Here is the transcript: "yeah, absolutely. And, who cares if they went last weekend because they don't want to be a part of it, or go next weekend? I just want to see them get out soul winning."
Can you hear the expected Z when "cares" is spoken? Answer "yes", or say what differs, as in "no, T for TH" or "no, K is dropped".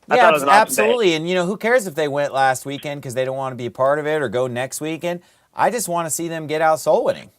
yes